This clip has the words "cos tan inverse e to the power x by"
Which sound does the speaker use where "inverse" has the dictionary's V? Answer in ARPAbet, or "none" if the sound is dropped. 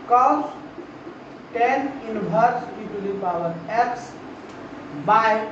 B